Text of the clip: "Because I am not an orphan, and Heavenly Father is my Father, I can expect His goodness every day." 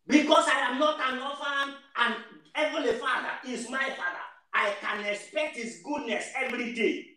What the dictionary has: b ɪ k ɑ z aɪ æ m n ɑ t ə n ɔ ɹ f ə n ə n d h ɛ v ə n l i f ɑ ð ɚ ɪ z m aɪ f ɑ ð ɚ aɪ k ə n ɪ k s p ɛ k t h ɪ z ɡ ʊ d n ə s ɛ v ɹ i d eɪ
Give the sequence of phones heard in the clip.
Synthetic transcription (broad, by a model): b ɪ k ɑ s aɪ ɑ m n ɑ t ə n ɔ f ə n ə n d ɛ v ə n i f ɑ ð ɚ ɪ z m aɪ f ɑ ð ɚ aɪ k ə n ɪ k s p ɛ k t h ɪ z ɡ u d n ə s ɛ v ɹ i d eɪ